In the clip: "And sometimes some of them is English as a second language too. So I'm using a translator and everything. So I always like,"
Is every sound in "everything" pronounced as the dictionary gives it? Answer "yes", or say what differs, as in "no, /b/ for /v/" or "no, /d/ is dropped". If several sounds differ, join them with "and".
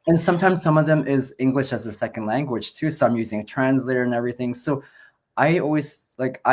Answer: yes